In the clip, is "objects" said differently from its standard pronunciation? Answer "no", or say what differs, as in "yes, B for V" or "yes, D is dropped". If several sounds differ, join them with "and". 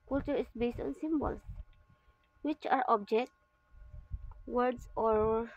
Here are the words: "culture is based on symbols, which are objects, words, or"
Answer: yes, S is dropped